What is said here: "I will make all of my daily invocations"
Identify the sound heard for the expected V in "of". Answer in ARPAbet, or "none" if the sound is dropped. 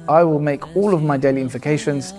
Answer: V